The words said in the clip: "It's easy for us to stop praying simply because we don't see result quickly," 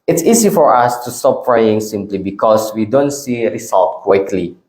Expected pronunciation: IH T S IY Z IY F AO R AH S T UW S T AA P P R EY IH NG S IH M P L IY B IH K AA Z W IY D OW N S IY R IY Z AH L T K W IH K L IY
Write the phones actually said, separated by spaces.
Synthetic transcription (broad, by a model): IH T S IY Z IY F AO R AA S T UW S T AA P F R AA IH NG S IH M P L IY B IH K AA S W IY D OW N S IY R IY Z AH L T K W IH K L IY